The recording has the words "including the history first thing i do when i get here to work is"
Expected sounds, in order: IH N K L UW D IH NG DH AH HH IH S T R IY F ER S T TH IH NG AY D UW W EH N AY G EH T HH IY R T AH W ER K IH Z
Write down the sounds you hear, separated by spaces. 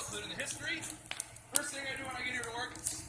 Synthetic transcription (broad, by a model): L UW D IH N DH AH HH IH S T R IY F ER S T TH IH NG AY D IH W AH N AY G EH T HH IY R T AH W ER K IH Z